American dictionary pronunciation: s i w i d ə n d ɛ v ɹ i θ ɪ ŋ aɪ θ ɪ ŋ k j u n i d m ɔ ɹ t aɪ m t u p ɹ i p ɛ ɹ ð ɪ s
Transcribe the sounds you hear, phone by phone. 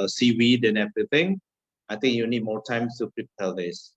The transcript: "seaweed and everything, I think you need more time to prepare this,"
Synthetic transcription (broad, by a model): s i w i d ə n ɛ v ɹ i t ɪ ŋ aɪ t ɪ ŋ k j u n i d m ɔ t aɪ m t u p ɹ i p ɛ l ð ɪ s